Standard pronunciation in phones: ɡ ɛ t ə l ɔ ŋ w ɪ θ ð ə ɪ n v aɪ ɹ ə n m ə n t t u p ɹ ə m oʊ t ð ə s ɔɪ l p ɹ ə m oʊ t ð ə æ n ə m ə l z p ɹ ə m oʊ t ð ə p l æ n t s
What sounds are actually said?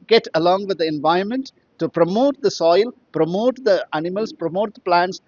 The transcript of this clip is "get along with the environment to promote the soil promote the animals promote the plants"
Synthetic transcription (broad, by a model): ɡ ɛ t ə l ɔ ŋ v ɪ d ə ɪ n v aɪ ɹ ə n m ə n t t u p ɹ ə m oʊ t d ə s ɔɪ l p ɹ ə m oʊ t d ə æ n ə m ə l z p ɹ ə m oʊ t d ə p l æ n t s